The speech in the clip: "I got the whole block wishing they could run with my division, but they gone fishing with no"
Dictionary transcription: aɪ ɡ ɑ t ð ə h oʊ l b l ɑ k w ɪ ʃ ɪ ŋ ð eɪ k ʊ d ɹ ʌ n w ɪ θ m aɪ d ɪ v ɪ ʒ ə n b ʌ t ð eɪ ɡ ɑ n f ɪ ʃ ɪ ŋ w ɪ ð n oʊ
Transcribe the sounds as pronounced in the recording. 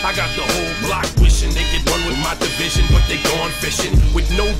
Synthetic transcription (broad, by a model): aɪ ɡ ɑ t ð ə h oʊ l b l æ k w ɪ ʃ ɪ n ð eɪ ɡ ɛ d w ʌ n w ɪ m aɪ d ɪ v ɪ ʒ ə n b ʌ t ð eɪ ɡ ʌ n f ɪ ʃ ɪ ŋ w ɪ ð n oʊ